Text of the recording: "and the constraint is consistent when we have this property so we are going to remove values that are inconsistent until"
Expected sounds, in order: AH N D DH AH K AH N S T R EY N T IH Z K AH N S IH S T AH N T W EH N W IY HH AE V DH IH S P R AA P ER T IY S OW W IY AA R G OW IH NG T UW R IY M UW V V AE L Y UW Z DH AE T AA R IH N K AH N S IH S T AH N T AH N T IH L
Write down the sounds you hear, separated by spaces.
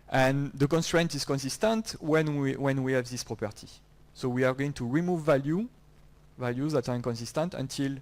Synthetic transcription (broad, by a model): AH N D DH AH K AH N S T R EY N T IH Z K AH N S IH S T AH N T W EH N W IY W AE V DH IH S P R AA P ER T IY S OW W IY AA R G OW IH NG T UW R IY M UW V V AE L Y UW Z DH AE T AA R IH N K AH N S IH S T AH N T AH N T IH L